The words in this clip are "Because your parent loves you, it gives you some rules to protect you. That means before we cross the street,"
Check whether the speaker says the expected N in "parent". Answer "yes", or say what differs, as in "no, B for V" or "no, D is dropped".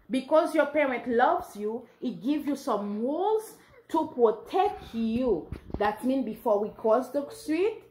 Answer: yes